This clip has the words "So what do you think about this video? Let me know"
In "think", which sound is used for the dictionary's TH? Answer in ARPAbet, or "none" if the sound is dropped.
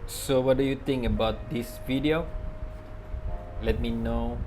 T